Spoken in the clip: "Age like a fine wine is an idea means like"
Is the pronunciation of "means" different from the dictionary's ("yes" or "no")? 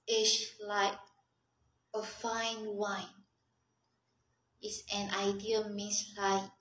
yes